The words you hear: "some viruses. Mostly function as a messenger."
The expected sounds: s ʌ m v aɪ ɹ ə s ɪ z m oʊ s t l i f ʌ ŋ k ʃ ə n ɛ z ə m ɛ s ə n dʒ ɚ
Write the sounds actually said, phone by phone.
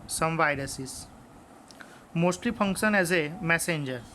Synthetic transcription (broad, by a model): s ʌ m v aɪ ɹ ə s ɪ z m oʊ s t l i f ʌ ŋ k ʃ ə n ɛ z ə m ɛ s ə n dʒ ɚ